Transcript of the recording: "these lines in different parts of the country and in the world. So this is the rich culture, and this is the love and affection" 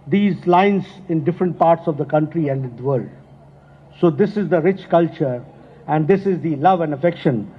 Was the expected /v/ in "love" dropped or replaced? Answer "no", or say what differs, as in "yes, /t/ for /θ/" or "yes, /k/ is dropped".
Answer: no